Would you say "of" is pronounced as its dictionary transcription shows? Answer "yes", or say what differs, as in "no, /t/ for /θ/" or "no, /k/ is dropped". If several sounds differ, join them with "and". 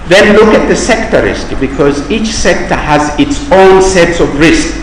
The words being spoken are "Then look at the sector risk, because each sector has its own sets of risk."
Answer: yes